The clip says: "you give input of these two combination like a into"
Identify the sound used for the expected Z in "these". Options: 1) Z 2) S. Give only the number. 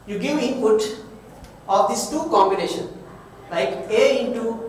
2